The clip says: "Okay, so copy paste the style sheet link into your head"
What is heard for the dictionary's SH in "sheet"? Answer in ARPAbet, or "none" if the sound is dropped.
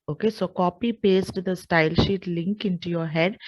SH